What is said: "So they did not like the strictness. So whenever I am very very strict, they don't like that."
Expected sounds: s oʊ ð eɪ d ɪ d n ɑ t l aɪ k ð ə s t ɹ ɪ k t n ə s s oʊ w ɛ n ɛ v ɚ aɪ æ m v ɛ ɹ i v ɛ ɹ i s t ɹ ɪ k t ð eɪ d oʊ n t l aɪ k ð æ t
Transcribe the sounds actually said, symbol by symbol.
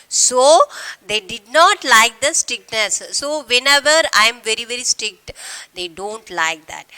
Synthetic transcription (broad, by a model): s oʊ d eɪ d ɪ d n ɑ t l aɪ k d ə s t ɹ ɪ k n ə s s oʊ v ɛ n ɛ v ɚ aɪ m v ɛ ɹ i v ɛ ɹ i s t ɹ ɪ k t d eɪ d oʊ n t l aɪ k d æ t